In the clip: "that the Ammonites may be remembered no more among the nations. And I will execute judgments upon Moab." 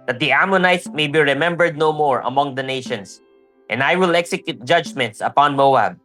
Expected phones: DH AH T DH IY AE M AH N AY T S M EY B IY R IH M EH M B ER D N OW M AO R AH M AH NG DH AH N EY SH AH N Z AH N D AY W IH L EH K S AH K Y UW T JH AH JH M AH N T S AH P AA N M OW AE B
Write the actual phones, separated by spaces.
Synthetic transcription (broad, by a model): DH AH T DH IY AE M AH N AY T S M EY B IY R IH M EH M B ER D N OW M AO R AH M AH NG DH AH N EY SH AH N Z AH N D AY W IH L EH K S AH K Y UW T JH AH JH M AH N T S AH P AA N M OW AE B